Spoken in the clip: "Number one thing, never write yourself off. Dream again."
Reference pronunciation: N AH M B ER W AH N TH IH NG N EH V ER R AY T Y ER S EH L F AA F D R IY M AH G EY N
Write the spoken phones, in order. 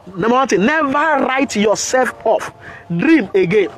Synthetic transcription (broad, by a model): N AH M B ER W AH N T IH N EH V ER R AY T Y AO S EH L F AA F D R IY M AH G EY N